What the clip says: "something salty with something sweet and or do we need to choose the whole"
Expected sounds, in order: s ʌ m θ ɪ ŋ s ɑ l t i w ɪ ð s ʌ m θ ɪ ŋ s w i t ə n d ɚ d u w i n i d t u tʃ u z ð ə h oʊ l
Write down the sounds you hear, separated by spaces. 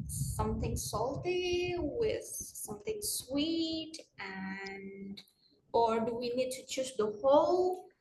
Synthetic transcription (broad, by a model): s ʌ m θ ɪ ŋ s ɑ l t i w ɪ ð s ʌ m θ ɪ ŋ s w i t ə n d ɚ d u w i n i d t u tʃ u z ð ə h oʊ l